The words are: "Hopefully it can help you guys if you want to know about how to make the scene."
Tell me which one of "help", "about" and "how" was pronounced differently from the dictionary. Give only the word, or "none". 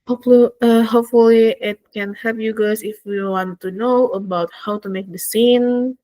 help